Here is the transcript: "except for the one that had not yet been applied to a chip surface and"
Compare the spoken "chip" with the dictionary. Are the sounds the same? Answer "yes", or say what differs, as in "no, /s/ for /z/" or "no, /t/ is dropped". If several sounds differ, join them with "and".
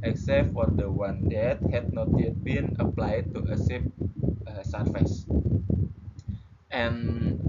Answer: no, /s/ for /tʃ/